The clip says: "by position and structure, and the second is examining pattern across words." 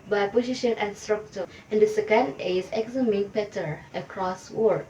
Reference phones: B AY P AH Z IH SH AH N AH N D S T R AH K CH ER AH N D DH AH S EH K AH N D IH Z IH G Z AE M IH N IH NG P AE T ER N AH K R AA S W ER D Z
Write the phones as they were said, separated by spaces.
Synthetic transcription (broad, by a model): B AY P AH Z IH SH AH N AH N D S T R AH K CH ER AH N D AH S EH K AH N D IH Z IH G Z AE M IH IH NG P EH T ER AH K R AA S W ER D